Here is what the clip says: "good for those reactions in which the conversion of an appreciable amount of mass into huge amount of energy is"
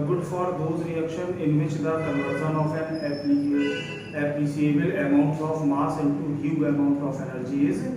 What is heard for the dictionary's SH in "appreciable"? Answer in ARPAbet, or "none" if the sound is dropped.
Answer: S